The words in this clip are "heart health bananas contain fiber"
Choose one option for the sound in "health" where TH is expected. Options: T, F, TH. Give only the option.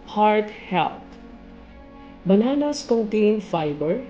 T